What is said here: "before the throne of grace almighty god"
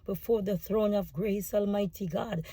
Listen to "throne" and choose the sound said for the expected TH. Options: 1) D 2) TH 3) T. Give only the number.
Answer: 2